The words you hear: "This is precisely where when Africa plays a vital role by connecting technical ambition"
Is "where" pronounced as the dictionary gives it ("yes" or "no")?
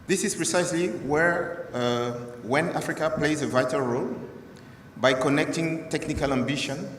yes